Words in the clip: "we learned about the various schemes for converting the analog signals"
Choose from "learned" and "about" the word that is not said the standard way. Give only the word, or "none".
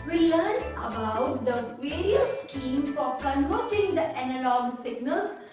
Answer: learned